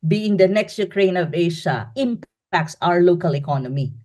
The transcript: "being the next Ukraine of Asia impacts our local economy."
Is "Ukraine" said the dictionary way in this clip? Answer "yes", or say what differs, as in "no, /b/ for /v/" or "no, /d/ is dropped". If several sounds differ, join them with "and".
yes